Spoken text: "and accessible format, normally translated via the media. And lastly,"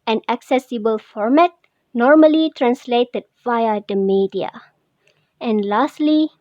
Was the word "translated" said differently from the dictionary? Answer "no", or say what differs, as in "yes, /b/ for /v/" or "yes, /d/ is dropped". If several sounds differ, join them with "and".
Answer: no